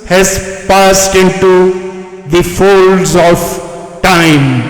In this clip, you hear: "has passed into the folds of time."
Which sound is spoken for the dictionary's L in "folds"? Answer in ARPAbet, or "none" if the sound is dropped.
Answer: L